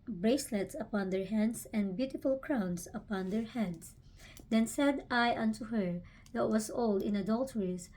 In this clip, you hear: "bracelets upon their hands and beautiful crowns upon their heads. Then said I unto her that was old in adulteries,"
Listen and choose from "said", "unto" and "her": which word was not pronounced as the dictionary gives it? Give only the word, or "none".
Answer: none